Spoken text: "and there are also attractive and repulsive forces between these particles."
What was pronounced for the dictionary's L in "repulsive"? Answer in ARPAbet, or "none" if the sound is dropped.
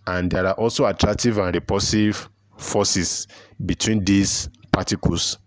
none